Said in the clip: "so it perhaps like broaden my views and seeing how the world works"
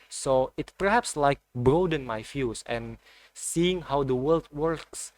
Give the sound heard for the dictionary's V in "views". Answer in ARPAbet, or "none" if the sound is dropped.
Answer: F